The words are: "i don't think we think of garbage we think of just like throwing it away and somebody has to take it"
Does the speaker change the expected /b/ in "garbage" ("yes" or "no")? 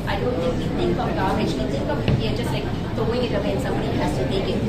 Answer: yes